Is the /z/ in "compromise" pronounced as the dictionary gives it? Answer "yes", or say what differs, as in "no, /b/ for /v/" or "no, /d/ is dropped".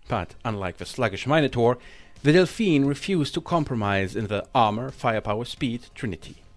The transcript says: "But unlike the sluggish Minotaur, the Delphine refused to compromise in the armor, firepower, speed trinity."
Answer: yes